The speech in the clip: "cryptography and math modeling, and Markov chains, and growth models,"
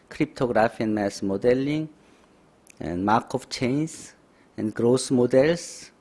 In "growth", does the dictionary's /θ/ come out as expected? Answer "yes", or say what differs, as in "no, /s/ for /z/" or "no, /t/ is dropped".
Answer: no, /s/ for /θ/